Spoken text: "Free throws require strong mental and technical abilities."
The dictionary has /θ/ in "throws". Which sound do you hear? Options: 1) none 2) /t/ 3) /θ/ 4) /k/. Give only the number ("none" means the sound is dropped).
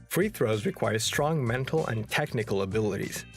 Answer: 3